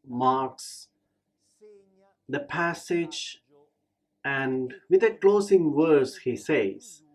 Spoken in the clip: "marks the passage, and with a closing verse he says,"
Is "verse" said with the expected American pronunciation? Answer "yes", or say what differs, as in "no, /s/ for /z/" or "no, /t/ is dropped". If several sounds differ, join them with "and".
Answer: no, /w/ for /v/